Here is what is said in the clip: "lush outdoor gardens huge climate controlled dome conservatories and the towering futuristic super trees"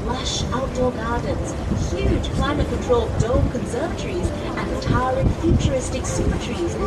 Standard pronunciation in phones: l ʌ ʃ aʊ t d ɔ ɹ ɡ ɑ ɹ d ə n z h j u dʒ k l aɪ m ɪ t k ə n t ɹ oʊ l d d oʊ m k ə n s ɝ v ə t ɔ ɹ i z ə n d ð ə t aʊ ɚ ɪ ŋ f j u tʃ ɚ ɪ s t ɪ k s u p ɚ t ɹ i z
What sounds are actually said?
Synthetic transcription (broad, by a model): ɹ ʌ ʃ aʊ t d ɔ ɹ ɡ ɑ ɹ d n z h j u dʒ k l aɪ m ɪ t k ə n t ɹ oʊ l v d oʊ k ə n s ɝ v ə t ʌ ɹ i z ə n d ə t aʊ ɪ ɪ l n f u tʃ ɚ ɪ s t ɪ k s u ɚ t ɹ i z